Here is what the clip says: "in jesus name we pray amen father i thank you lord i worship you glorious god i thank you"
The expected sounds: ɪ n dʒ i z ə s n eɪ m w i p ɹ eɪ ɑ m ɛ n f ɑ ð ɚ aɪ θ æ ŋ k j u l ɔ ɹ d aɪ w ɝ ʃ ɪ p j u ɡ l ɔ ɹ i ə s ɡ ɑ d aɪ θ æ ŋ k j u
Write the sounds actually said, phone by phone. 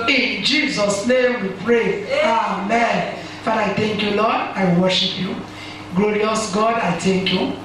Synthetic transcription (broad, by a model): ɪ n dʒ i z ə s n eɪ m w i p ɹ eɪ ɑ m ɛ n f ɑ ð aɪ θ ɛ ŋ k j u l ɔ d aɪ w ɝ ʃ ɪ p j u ɡ l ɔ ɹ i ə s ɡ ɑ d aɪ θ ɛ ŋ k j u